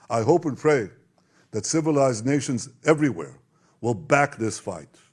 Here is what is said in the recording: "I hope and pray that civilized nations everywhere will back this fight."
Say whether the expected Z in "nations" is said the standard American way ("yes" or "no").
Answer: yes